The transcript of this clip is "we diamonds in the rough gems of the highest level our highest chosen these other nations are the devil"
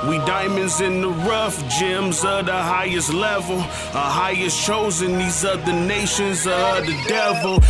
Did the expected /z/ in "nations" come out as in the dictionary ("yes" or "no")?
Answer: yes